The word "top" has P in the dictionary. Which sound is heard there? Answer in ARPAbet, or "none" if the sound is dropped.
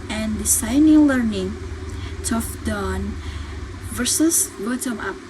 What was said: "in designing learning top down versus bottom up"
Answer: F